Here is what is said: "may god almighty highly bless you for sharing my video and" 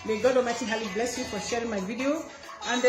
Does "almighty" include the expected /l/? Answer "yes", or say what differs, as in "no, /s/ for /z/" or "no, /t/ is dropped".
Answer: no, /l/ is dropped